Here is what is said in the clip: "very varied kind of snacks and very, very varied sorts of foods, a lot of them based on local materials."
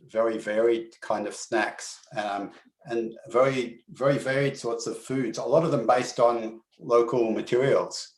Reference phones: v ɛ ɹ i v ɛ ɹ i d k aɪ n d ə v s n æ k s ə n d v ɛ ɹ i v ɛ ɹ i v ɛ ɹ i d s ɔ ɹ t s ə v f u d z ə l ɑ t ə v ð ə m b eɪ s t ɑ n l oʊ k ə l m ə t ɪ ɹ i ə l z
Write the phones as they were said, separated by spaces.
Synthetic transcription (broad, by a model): v ɛ ɹ i v ɛ ɹ i d k aɪ n d ə v s n æ k s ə n v ɛ ɹ i v ɛ ɹ i v ɛ ɹ i d s ɔ ɹ t s ə v f u d z ə l ɑ t ə v ð ə m b eɪ s t n l oʊ k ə l m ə t ɪ ɹ i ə l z